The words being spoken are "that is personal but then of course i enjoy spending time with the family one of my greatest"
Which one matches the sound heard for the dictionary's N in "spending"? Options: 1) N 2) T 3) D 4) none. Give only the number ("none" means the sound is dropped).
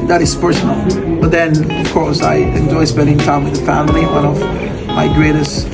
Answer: 4